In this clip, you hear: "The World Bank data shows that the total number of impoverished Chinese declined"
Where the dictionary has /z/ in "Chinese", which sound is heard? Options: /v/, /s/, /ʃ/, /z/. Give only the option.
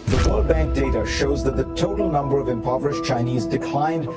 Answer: /z/